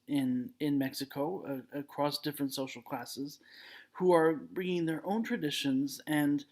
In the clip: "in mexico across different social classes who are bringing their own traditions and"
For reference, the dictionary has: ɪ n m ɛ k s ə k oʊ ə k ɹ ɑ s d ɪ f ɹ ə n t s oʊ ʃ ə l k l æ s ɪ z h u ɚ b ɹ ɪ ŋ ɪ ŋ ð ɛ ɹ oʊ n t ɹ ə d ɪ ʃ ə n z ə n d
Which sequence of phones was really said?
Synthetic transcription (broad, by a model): ɪ n m ɛ k s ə k oʊ ə k ɹ ɑ s d ɪ f ɹ ə n t s oʊ ʃ l k l æ s ɪ z h u ɚ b ɹ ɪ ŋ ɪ ŋ ð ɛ ɹ oʊ n t ɹ ə d ɪ ʃ ə n z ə n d